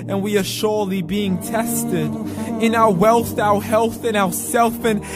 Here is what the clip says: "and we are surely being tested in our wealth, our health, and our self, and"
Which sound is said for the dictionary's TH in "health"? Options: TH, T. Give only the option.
TH